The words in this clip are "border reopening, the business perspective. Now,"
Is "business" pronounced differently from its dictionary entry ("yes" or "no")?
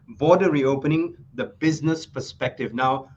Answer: no